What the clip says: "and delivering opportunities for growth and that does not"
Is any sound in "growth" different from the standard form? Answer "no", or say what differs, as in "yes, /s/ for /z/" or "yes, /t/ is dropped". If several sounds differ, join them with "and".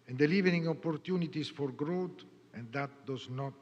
yes, /t/ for /θ/